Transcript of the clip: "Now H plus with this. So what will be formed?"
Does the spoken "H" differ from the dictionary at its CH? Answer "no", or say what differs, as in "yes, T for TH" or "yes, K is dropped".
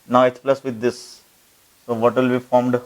yes, S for CH